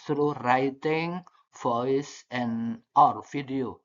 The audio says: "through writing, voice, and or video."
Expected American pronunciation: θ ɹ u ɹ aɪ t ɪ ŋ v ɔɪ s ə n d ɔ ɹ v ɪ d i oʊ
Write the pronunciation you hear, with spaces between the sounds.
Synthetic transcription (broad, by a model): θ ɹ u ɹ aɪ t ɪ ŋ f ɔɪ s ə n ɔ ɹ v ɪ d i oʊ